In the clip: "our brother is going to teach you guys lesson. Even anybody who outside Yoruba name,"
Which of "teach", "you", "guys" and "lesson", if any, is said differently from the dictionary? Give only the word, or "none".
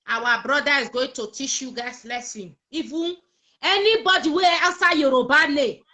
guys